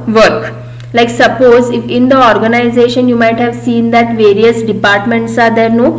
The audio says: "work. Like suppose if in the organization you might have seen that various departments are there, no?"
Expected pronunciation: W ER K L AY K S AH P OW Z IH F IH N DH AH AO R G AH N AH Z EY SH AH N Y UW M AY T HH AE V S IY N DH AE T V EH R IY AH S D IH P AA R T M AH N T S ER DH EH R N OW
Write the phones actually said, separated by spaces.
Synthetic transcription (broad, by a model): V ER K L AY K S AH P OW Z IH F IH N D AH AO R G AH N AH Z EY SH AH N Y UW M AY T HH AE V S IY N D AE T V EH R IY AH S D IH P AA R T M AH N T S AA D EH R N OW